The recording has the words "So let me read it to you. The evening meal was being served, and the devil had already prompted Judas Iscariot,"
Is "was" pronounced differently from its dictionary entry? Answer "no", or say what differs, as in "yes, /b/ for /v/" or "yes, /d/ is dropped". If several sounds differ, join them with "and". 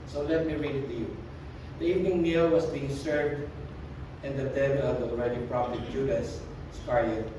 yes, /s/ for /z/